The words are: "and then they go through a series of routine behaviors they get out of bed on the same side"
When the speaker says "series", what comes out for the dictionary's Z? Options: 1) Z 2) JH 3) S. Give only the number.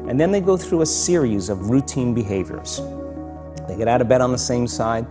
1